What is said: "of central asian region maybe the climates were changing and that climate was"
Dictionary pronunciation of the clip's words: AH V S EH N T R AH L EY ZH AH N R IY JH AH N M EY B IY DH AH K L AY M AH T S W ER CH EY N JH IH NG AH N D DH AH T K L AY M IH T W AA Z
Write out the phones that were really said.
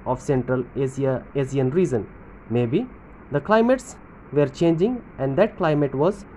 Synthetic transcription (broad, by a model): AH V S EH N T R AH L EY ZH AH N R IY Z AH N M EY B IY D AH K L AY M AH T S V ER CH EY N JH IH NG AH N D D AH T K L AY M IH T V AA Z